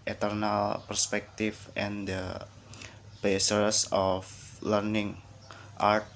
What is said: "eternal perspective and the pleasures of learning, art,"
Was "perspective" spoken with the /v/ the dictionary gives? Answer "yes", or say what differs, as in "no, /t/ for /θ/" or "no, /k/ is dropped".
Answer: no, /f/ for /v/